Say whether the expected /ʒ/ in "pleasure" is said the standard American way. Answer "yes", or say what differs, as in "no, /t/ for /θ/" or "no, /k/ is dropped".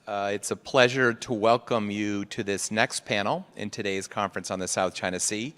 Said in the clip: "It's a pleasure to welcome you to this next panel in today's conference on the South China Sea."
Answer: yes